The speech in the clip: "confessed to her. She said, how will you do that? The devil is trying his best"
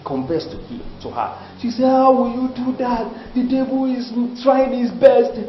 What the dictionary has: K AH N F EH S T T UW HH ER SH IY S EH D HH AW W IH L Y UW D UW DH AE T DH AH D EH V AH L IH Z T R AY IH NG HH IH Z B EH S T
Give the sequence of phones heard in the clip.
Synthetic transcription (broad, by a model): K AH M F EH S T T UW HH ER SH IY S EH HH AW W IH L Y UW D UW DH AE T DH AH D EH B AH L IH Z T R AY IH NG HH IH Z B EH S T